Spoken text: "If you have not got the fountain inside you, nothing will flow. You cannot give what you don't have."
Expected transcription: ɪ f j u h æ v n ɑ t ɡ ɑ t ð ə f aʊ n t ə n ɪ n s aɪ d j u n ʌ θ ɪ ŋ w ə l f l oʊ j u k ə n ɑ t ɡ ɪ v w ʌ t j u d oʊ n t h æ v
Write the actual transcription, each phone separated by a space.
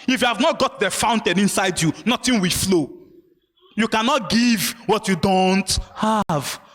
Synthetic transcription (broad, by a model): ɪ f j u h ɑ v n ɑ t ɡ ɑ t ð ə f aʊ n t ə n ɪ n s aɪ d j u n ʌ t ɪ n w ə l f l oʊ j u k ə n ɑ t ɡ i v w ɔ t j u d oʊ n t h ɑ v